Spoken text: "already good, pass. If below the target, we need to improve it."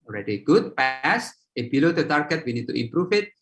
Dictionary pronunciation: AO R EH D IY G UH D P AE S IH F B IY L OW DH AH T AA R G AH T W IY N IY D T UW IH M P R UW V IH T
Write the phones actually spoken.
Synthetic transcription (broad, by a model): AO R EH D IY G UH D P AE S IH B IY L OW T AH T AA R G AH T W IY N IY D T UW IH M P R UW F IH T